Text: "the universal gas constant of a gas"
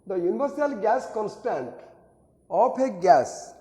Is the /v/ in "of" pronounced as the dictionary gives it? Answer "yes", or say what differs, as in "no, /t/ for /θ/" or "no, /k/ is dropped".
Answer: no, /p/ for /v/